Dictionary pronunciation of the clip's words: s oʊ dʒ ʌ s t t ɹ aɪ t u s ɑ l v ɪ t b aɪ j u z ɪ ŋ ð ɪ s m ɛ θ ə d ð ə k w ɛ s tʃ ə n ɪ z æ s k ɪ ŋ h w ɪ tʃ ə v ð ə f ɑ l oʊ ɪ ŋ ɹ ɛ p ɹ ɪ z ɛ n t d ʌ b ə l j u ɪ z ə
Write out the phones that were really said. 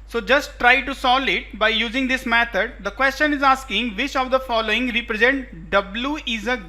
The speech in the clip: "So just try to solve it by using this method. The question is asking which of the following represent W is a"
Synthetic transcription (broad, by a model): s oʊ dʒ ʌ s t t ɹ aɪ t u s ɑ l ɪ t b aɪ j u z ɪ ŋ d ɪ s m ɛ t ə d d ə k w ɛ s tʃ ə n ɪ z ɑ s k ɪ ŋ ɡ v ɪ tʃ ə v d ə f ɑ l oʊ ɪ ŋ ɹ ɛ p ɹ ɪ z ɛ n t d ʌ b l j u ɪ z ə